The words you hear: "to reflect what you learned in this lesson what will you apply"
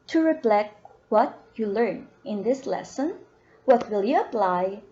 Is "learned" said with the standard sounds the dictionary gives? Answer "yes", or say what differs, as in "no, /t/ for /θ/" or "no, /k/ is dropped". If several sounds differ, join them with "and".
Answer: no, /d/ is dropped